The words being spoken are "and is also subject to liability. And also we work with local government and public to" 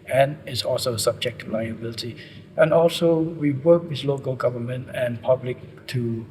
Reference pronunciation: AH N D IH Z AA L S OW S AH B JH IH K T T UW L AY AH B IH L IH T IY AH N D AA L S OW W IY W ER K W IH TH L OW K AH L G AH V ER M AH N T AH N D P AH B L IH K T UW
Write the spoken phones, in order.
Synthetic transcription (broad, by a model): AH N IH S AA L S OW S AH B JH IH K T T UW L AY AH B IH L IH T IY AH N AA L S OW W IY W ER K W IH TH L OW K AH L G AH V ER M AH N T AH N P AH B L IH K T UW